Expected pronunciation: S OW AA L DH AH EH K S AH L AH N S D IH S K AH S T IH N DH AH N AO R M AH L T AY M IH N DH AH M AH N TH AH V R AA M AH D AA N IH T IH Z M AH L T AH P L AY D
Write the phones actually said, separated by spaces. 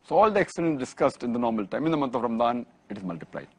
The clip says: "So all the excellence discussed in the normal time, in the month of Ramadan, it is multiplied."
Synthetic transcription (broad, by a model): S OW AA L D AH EH K S AH L AH N S D IH S K AH S T IH N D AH N AO R M AH L T AY M IH N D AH M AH N T AH V R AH M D AA N IH T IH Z M AH L T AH P L AY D